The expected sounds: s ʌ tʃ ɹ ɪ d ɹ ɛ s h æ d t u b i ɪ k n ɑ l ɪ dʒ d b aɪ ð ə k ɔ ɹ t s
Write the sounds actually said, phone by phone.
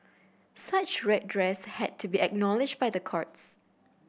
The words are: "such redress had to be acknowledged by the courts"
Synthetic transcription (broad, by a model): s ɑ tʃ ɹ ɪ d ɹ ɛ s h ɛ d t u b i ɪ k n ɑ l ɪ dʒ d b aɪ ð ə k ɔ ɹ t s